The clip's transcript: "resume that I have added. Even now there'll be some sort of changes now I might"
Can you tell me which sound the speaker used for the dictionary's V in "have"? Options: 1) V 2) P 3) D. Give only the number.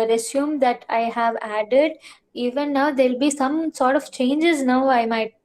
1